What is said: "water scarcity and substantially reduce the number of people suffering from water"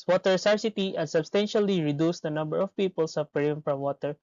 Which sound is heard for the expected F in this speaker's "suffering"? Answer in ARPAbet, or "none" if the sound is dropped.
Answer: P